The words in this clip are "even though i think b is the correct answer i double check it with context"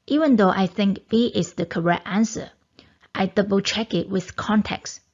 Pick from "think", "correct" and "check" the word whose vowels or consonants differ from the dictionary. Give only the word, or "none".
none